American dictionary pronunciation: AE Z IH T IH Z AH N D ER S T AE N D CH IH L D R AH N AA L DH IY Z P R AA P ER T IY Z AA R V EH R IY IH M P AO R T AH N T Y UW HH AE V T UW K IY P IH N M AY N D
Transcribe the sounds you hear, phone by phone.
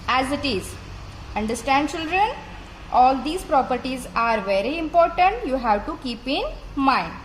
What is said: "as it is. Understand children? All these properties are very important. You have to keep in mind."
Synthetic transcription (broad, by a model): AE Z IH T IH Z AH N D ER S T AE N D CH IH L D R AH N AA L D IY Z P R AA P ER T IY Z AA R V EH R IY IH M P AO R T AH N T Y UW HH AE V T UW K IY P IH N M AY N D